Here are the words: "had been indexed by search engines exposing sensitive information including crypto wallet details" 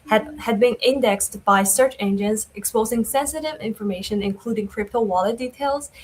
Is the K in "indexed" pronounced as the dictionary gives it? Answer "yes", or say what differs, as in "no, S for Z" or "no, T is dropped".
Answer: yes